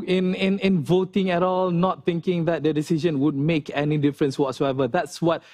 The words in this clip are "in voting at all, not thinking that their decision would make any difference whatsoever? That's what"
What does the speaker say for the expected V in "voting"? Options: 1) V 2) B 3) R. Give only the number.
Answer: 1